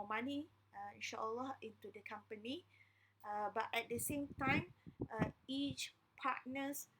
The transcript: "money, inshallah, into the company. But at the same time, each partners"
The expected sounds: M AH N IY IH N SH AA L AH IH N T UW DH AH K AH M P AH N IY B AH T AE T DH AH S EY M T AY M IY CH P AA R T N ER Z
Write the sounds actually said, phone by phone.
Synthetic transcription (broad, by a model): M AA N IY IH N SH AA L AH IH N T UW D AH K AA M P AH N IY B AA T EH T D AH S EY M T AY M IY CH P AA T N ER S